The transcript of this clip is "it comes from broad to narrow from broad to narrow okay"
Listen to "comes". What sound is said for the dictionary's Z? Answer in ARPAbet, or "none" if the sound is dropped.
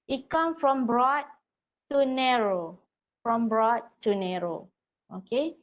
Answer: none